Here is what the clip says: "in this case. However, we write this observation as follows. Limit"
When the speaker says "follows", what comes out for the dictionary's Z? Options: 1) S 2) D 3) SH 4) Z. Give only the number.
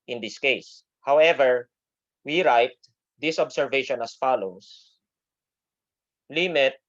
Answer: 1